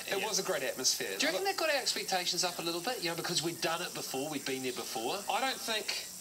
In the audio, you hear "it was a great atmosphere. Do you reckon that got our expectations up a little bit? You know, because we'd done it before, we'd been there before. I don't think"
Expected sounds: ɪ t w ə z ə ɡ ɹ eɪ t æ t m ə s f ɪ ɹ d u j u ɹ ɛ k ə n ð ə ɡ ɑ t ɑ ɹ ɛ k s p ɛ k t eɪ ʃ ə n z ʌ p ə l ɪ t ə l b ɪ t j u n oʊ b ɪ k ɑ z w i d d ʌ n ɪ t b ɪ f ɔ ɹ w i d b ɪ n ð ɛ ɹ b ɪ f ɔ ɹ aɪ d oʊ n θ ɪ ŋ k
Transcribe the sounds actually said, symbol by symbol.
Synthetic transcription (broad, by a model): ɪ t w ə z ə ɡ ɹ eɪ t æ t m ə s f ɪ ɹ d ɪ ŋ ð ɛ ə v ɡ ɑ t ɑ ɹ ɛ k s p ɛ k t eɪ ʃ ə n z ʌ p ə l ɪ t l b ɪ t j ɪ n oʊ b ɪ k ɑ z w i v d ʌ n ɪ t b ɪ f ɔ ɹ w i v b ɪ n ð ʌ ɹ b ɪ f ɔ ɹ aɪ d oʊ n θ ɪ ŋ k